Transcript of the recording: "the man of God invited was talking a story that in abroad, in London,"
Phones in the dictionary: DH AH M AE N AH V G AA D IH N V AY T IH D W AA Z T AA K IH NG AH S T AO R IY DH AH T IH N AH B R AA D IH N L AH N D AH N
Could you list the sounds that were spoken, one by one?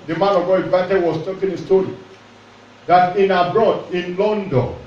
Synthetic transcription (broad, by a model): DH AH M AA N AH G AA IH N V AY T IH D W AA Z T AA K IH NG AH S T AO R IY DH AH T IH N AH B R AA D IH N L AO N D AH N